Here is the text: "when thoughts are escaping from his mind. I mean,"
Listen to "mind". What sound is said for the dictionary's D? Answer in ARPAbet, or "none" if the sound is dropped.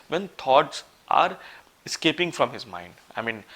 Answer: D